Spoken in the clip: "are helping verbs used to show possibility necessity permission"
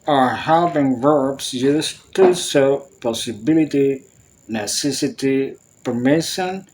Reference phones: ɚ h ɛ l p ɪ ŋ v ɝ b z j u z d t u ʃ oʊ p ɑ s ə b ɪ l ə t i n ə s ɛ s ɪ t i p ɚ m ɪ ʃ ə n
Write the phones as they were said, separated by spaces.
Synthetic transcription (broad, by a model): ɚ h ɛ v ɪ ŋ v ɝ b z j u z t u s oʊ p ɑ s ə b ɪ l ə t i n ə s ɛ s ɪ t i p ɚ m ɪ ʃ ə n